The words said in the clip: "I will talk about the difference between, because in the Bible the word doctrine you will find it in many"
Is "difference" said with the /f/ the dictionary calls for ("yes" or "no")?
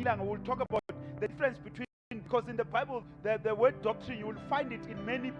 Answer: no